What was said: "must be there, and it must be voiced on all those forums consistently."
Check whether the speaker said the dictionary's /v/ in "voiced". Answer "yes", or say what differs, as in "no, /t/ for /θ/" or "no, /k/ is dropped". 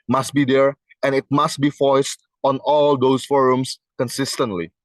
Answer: no, /f/ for /v/